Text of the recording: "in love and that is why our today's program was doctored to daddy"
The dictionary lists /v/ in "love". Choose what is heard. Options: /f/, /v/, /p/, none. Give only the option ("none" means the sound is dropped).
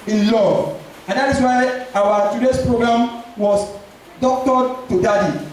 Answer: none